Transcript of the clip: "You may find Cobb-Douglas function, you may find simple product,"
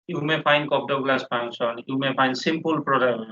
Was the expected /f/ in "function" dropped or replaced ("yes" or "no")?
yes